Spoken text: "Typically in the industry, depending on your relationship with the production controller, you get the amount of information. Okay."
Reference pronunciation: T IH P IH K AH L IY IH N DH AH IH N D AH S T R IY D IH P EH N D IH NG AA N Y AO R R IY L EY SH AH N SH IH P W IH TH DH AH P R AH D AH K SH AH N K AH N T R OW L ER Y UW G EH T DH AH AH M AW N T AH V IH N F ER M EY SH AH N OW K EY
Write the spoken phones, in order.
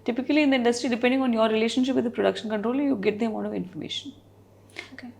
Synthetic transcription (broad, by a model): T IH P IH K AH L IY IH N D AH IH N D AH S T R IY D IH P EH N D IH NG AA N Y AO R R IY L EY SH AH N SH IH P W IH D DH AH P R AH D AH K SH AH N K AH N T R OW L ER Y UW G EH T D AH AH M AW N AH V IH N F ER M EY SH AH N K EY